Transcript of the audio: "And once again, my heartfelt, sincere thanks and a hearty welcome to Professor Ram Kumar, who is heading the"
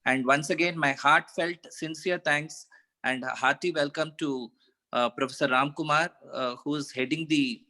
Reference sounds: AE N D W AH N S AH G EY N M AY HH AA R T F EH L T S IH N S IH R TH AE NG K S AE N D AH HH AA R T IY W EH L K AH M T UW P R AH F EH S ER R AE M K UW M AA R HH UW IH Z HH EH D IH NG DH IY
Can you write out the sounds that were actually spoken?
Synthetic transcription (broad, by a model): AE N D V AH N S AH G EY N M AY HH AA R T F EH L T S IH N S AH R T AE NG K S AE N D HH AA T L IY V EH L K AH M T UW P R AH F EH S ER R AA M K UW M AA R HH UW IH Z HH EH D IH NG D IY